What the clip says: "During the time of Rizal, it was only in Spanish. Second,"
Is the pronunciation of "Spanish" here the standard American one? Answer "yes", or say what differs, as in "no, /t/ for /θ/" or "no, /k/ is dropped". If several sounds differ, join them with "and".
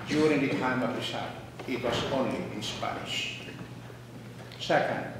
no, /n/ is dropped